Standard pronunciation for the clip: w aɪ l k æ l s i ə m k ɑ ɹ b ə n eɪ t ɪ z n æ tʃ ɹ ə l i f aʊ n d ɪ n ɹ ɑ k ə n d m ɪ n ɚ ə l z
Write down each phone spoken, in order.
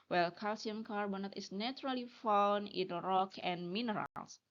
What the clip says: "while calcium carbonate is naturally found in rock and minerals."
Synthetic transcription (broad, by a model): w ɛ l k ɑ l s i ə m k ɑ ɹ b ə n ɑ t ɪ s n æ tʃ ɹ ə l i f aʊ n ɪ n ɹ ɑ k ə n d m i n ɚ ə l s